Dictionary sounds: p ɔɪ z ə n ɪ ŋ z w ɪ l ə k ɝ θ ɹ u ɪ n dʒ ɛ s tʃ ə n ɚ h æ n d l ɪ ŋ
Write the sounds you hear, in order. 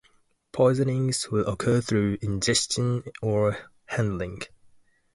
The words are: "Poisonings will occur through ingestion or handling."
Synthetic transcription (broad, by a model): p ɔɪ z ə n ɪ ŋ z w ɪ l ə k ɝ θ ɹ u ɪ n dʒ ɛ s tʃ ə n ɚ h æ n d l ɪ ŋ